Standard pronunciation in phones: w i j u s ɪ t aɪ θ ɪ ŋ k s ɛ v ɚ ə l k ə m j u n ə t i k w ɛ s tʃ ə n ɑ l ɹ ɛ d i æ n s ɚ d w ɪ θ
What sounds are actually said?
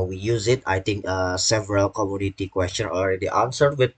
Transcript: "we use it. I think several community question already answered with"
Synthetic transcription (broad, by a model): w i j u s ɪ t aɪ t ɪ ŋ k s ɛ v ɚ ə l k ə m j u n ə t i k w ɛ s tʃ ə n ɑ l ɹ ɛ d i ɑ n s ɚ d w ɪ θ